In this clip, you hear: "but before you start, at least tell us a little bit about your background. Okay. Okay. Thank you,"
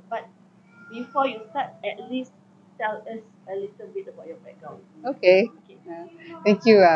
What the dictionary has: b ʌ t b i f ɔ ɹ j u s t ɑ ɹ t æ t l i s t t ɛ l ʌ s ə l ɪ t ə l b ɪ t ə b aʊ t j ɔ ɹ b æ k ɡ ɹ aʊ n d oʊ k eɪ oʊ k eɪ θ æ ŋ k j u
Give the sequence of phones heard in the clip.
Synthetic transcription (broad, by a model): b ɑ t b i f ɔ j u s t ɑ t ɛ t l i s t t ɛ l ʌ s ə l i t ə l b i t ə b aʊ t j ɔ b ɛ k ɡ ɹ aʊ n oʊ k eɪ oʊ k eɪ t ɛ ŋ k j u